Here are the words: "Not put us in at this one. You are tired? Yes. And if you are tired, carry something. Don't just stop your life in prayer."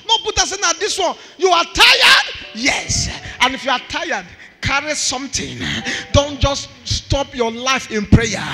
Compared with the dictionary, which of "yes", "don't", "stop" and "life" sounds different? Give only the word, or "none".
none